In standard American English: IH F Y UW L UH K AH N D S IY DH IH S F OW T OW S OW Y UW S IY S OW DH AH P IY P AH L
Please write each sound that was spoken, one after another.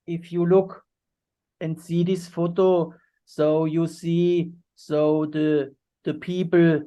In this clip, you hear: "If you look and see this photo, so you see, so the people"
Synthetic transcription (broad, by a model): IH F Y UW L UH K AH N D S IY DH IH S F OW T OW S OW Y UW S IY S OW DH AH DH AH P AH L